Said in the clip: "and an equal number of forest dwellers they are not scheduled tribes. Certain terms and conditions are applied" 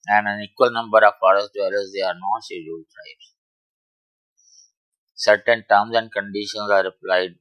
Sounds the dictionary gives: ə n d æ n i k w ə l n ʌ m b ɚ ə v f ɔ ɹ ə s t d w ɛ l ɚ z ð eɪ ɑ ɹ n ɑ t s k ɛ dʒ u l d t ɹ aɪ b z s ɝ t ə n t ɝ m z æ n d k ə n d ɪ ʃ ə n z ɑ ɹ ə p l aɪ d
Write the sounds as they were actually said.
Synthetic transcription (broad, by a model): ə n d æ n i k w ə l n ʌ m b ɚ ə v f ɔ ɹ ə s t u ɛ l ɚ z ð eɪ ɑ ɹ n ɑ t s i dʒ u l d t ɹ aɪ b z s ɝ t ə n t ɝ m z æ n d k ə n d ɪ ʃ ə n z ɑ ɹ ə p l aɪ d